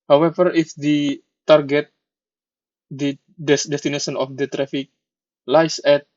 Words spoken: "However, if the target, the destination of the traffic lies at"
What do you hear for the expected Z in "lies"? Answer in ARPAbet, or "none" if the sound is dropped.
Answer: S